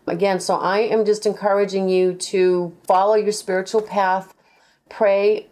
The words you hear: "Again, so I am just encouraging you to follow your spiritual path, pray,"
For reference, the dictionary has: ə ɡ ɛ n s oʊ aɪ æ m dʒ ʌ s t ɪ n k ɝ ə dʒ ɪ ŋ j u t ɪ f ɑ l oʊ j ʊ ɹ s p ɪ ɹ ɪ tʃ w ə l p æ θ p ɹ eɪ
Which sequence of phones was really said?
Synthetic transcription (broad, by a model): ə ɡ ɛ n s oʊ aɪ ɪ m dʒ ʌ s t ɪ n k ɝ ə dʒ ɪ ŋ j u t ɪ f ɑ l oʊ j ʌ ɹ s p ɪ ɹ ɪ tʃ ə l p æ θ p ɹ eɪ